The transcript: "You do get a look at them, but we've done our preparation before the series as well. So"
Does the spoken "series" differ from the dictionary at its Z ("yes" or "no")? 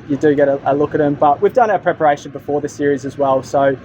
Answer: no